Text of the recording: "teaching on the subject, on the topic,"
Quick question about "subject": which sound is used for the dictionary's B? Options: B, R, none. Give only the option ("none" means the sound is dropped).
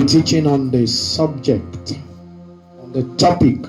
B